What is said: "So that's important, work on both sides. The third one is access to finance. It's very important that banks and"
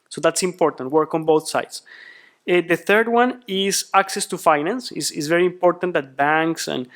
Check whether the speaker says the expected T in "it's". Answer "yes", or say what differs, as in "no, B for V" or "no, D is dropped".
no, S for T